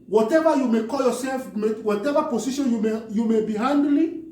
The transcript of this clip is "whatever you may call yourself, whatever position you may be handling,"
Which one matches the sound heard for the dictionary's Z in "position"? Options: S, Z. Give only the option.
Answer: S